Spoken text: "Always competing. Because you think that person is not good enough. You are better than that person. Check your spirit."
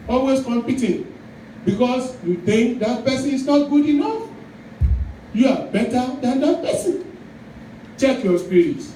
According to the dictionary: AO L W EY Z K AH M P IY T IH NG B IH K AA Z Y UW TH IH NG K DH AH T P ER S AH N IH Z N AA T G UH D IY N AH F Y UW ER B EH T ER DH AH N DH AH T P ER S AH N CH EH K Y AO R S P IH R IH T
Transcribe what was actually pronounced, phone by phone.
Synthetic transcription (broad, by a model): AO L W EY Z K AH M P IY T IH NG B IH K AA S Y UW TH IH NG K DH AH T P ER S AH N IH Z N AA T G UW D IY N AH F Y UW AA B EH T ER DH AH N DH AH T P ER S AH N CH EH K Y AO S P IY R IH T